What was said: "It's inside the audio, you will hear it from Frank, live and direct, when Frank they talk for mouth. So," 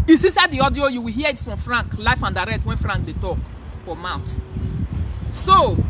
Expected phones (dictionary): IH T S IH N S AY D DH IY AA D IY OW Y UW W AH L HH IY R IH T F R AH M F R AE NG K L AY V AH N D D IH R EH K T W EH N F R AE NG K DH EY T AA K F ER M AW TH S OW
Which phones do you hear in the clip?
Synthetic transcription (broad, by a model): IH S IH S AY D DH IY AA D IY OW Y UW W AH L HH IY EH IH T F R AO M F R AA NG K L AY F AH N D D IH R EH K T W EH N F R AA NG K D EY T AA K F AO M AW T S OW